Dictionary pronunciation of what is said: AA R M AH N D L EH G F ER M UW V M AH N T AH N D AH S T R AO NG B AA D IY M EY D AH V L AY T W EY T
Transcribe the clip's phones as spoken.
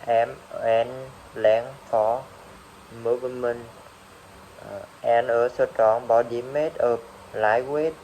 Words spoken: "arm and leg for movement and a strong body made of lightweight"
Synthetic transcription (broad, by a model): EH M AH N L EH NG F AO M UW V M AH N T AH N AH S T AO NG B AA D IY M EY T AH P L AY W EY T